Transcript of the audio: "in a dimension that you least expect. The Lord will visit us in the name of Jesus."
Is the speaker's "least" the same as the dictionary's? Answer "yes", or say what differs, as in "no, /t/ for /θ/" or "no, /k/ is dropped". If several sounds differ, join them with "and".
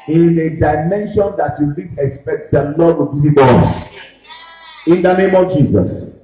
no, /t/ is dropped